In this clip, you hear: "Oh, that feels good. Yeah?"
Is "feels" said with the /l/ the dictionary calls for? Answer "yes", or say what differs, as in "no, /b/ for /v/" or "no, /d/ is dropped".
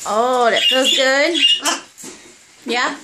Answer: no, /l/ is dropped